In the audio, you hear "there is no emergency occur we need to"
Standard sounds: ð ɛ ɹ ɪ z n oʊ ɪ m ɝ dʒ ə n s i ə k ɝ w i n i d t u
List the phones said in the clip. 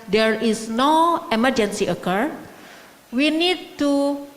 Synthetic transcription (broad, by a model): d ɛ ɹ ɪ s n oʊ ɪ m ɝ dʒ ə n s i ə k ɝ w i n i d t u